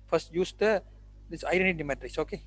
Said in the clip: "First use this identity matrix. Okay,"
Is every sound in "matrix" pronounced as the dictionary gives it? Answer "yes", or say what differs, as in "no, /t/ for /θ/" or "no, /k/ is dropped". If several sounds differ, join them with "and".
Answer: no, /k/ is dropped